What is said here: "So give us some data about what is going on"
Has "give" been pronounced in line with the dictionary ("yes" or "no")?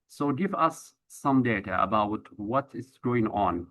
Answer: yes